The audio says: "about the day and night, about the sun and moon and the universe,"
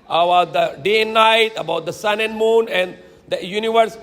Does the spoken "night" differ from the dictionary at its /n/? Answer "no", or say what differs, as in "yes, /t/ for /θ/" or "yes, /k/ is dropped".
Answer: no